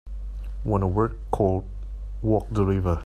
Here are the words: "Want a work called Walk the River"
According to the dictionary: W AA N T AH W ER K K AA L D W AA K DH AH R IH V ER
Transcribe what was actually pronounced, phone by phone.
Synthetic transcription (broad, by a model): W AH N AH W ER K K AA L D W AA K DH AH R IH V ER